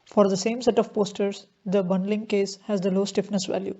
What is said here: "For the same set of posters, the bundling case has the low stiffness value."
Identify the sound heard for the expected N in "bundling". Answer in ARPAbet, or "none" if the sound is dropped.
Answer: N